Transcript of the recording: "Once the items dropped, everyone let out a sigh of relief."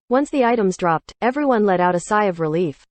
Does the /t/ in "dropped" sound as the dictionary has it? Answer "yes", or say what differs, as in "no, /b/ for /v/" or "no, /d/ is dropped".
yes